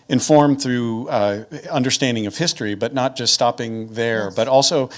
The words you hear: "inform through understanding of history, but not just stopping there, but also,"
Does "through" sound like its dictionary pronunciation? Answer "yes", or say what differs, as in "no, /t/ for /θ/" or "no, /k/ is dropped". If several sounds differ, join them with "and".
yes